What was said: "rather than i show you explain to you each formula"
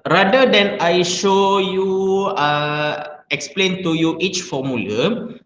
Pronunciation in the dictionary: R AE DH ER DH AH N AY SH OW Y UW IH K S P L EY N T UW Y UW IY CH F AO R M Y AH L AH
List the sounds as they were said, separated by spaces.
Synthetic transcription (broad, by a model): R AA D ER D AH N AY SH OW Y UW IH K S P L EY N T UW Y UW IY CH F AO M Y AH L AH